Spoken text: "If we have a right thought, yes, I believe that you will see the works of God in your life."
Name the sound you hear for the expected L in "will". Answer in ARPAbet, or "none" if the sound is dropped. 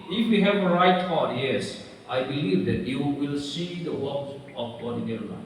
L